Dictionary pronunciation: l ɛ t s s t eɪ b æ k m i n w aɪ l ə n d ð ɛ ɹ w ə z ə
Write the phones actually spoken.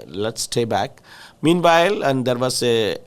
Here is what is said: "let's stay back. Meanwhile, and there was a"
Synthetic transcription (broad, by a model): l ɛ t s s t eɪ b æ k m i n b aɪ l ə n d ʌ ɹ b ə s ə